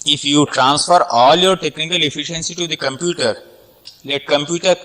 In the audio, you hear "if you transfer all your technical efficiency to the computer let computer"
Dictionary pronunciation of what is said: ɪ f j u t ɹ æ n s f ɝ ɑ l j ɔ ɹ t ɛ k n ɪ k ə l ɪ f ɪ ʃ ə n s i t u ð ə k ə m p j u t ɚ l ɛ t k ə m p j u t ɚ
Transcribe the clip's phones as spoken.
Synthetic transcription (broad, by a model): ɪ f j u t ɹ æ n s f ɝ ɑ l j ɔ ɹ t ɛ k n ɪ k ə l ɪ f ɪ ʃ ə n s i t u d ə k ə m p j u t ɚ l ɛ t k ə m p j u t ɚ